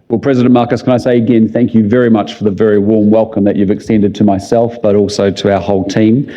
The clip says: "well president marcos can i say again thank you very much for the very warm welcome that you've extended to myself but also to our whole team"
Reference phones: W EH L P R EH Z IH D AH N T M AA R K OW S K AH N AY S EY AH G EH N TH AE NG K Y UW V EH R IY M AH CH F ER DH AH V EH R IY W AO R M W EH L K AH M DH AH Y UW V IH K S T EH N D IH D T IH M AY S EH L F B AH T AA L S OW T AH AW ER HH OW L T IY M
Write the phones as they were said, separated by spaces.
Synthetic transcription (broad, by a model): W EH L P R EH Z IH D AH N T M AA R K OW S K AH N AY S EY AH G EH N TH AE NG K Y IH V EH R IY M AH CH F ER DH AH V EH R IY W AO R M W EH L K AH M DH AH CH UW V IH K S T EH N D IH D T IH M AY S EH L F B AH T AA L S OW T AH AW ER HH OW L T IY M